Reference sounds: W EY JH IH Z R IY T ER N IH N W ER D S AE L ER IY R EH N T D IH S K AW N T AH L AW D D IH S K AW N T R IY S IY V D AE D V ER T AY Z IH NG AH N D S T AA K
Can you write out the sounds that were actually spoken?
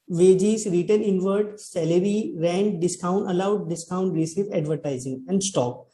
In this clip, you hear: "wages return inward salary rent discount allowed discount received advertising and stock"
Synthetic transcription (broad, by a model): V EY JH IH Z R IY T ER N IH N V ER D S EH L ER IY R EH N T D IH S K AW N T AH L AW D D IH S K AW N T R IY S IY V EH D V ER T AY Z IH NG AH N D S T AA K